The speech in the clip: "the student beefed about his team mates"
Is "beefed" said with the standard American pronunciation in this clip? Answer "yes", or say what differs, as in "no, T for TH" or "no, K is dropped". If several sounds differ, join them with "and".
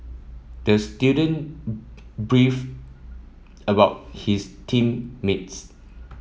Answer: no, T is dropped